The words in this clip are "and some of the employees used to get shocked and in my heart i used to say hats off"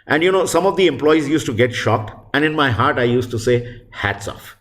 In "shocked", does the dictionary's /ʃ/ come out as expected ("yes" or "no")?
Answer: yes